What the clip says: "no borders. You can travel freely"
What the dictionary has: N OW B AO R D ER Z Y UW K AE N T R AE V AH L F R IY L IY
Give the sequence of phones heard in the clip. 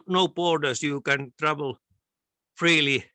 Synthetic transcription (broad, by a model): N OW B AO R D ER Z Y UW K AE N T R AE V AH L F R IY L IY